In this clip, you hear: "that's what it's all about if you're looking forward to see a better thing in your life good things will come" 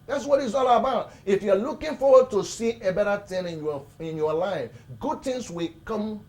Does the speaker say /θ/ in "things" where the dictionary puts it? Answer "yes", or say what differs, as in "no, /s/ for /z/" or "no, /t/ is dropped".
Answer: no, /t/ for /θ/